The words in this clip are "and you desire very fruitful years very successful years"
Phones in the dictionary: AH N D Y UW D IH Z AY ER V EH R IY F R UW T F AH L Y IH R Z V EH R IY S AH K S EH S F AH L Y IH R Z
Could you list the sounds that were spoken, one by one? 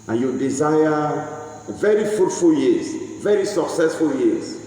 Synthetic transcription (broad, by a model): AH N Y UW D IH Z AY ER V EH R IY F UW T F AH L Y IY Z V EH R IY S AH K S EH S F AH L Y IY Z